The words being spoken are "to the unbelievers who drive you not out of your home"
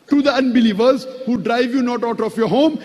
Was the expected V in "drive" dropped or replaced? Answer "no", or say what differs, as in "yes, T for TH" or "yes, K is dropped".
no